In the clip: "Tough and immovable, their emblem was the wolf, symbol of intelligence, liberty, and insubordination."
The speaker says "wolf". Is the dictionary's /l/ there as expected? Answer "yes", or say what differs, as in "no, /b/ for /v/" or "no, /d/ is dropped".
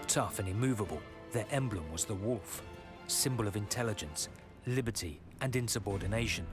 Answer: yes